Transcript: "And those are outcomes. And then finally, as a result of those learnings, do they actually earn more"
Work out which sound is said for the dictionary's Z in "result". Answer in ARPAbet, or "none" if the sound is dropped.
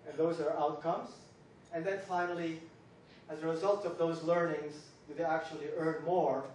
Z